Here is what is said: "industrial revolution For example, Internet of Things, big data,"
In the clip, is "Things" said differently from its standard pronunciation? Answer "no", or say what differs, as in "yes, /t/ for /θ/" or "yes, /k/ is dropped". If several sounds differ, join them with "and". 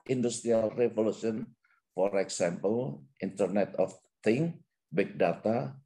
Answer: yes, /z/ is dropped